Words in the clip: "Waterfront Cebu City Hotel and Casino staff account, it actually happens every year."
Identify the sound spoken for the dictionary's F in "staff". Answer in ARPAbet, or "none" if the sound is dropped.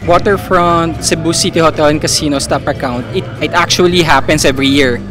P